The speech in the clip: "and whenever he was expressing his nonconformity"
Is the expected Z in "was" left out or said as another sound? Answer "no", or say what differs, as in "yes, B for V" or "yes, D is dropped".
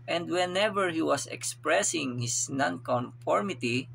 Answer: yes, S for Z